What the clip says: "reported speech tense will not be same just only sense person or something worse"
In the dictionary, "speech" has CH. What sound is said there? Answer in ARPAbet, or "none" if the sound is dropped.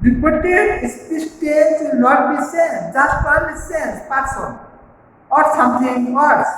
S